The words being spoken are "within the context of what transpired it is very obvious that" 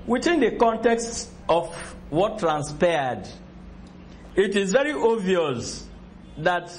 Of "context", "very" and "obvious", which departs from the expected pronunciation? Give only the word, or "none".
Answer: obvious